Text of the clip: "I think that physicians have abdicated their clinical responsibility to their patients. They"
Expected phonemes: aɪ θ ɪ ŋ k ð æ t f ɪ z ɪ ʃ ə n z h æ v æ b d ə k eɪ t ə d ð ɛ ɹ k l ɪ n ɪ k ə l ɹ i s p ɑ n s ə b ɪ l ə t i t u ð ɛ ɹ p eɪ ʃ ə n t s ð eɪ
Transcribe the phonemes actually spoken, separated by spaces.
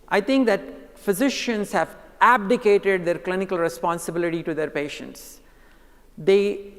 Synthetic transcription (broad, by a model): aɪ t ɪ ŋ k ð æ t f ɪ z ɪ ʃ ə n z h æ v æ b d ə k eɪ t ə d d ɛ ɹ k l ɪ n ɪ k ə l ɹ i s p ɑ n s ə b ɪ l ə t i t u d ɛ ɹ p eɪ ʃ ə n t s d eɪ